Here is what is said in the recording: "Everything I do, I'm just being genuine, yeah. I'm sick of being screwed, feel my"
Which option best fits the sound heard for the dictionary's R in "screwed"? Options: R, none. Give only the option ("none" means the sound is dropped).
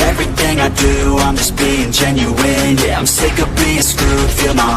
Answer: none